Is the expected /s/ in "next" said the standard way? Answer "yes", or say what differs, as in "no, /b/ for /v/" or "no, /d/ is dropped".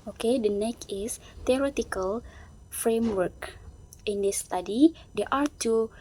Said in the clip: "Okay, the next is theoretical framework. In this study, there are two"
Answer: no, /s/ is dropped